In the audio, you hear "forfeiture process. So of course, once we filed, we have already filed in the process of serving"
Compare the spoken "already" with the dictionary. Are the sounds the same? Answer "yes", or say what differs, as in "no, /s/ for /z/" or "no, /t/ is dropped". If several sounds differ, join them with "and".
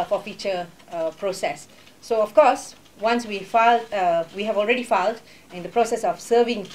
yes